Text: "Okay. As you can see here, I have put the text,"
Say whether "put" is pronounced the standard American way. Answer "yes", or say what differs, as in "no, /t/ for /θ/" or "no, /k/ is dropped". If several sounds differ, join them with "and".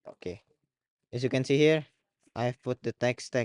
yes